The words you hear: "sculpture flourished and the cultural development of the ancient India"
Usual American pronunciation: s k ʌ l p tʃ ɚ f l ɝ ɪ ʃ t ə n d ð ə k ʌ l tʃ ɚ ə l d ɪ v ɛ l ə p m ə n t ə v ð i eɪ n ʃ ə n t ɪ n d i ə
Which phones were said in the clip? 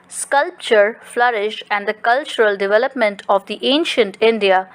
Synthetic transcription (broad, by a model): s k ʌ l p tʃ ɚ f l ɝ ɪ ʃ ə n d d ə k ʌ l tʃ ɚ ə l d ɪ v ɛ l ə p m ə n t ə v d i eɪ n ʃ ə n t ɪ n d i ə